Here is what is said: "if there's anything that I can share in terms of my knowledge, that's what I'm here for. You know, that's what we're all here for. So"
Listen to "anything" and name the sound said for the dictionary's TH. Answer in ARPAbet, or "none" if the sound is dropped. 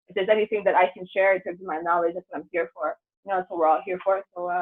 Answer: TH